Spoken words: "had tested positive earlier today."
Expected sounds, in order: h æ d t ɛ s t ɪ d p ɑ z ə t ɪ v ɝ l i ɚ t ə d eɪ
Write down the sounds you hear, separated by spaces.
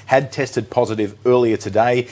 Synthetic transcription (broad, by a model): h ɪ d t ɛ s t ɪ d p ɑ z ə t ɪ v ɝ l i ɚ t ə d eɪ